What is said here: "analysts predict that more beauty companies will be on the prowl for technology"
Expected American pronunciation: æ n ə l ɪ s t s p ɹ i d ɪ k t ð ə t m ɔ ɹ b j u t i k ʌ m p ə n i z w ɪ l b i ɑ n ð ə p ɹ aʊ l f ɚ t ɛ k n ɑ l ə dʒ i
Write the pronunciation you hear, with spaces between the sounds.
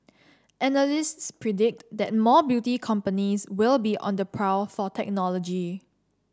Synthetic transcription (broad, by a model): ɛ n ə l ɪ s t s p ɹ i d ɪ k t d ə t m ɔ b j u t i k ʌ m p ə n i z w ɪ l b i ɑ n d ə p ɹ aʊ f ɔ t ɛ k n ɑ l ə dʒ i